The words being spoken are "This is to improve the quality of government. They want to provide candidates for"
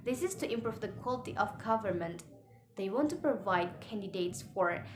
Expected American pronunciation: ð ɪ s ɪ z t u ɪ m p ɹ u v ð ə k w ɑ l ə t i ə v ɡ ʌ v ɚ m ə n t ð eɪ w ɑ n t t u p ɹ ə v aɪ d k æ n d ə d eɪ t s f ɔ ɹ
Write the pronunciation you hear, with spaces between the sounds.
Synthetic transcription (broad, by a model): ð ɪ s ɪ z t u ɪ m p ɹ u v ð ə k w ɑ l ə t i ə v ɡ ʌ v ɚ m ə n t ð eɪ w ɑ n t t u p ɹ ə v aɪ d k æ n d ə d eɪ t s f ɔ ɹ